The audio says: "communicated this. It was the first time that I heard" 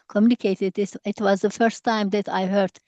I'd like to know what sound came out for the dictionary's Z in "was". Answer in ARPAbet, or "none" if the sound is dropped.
Z